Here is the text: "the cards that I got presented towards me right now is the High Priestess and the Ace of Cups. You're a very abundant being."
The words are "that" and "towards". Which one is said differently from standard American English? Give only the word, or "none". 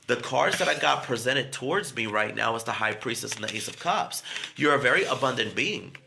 none